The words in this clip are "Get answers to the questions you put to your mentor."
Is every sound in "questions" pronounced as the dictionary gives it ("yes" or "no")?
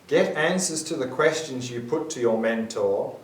yes